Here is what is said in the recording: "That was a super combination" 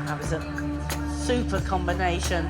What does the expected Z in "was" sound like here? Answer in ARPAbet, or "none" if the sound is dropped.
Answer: Z